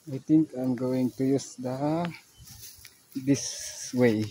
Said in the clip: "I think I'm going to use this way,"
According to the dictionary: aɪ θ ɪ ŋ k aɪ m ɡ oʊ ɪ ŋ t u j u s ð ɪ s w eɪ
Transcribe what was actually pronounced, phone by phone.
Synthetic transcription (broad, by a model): aɪ t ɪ ŋ k aɪ m ɡ oʊ ɪ ŋ t u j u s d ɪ s w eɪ